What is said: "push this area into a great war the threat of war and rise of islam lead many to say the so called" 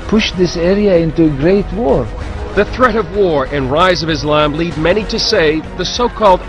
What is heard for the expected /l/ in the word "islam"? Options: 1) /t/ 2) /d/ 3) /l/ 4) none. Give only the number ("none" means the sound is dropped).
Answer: 3